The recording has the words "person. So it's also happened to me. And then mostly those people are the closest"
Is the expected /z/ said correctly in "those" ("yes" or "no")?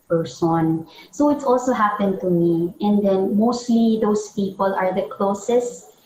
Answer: no